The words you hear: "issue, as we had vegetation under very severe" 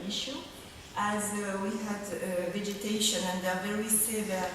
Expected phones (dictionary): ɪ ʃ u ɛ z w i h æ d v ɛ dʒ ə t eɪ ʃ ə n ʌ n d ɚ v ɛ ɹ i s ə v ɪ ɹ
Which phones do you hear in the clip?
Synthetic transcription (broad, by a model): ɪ ʃ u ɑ z w i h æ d v ɛ dʒ ə t eɪ ʃ ə n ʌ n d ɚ v ɛ ɹ i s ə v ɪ